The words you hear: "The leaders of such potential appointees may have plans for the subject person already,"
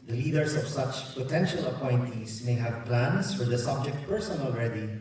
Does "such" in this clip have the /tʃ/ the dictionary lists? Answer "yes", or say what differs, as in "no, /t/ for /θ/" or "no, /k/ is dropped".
yes